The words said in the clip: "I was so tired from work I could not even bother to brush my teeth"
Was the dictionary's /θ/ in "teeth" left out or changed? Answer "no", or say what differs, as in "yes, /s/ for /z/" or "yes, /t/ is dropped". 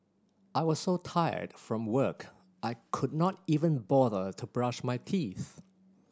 no